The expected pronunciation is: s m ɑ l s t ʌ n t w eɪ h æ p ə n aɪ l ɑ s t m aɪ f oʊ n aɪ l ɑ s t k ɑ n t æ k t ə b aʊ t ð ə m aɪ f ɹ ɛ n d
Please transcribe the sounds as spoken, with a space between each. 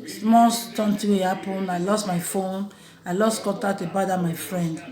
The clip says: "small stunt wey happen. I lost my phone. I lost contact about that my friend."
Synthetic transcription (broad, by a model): s m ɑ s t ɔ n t w eɪ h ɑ p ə n aɪ l ɑ s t m aɪ f oʊ n aɪ l ɑ s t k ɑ t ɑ t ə b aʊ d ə m aɪ f ɹ ɛ n d